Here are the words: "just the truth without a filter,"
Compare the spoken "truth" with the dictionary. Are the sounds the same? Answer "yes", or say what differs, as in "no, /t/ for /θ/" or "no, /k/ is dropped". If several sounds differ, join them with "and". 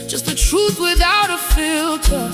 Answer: yes